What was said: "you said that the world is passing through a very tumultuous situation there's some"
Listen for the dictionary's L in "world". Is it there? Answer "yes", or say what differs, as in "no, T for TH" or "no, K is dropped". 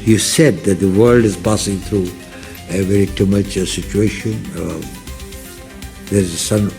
yes